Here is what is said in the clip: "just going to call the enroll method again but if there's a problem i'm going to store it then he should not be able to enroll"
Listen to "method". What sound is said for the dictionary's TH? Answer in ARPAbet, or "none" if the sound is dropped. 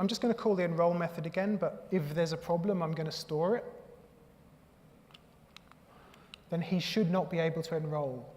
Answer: TH